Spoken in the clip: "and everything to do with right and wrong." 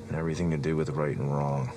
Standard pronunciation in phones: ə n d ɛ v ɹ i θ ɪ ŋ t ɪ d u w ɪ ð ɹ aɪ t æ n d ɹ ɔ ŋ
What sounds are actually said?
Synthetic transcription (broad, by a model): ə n ɛ v ɹ i θ ɪ ŋ t ɪ d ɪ w ɪ ð ɹ aɪ t n ɹ ɔ ŋ